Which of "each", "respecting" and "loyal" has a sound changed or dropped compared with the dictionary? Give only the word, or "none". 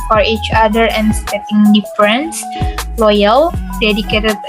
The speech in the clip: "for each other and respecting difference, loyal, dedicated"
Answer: respecting